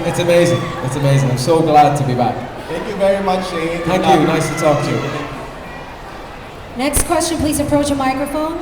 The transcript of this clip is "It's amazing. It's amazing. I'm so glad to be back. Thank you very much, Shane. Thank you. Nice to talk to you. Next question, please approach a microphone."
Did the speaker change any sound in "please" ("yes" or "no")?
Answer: no